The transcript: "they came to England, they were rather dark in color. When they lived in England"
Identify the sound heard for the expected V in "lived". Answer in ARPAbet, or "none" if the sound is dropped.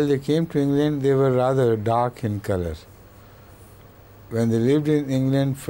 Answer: V